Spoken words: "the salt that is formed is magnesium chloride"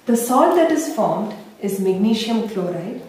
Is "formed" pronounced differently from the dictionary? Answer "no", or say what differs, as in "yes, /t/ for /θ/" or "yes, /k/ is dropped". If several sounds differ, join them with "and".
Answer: no